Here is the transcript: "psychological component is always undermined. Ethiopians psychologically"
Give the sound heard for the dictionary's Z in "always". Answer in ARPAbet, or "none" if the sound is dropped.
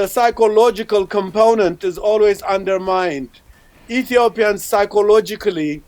Z